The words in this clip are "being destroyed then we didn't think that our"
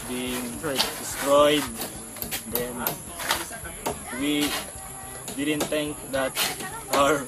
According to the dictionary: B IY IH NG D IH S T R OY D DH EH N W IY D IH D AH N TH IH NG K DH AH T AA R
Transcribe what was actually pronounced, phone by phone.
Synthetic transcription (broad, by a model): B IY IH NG D IH S T R OY D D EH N W IY D IH D AH N T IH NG K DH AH T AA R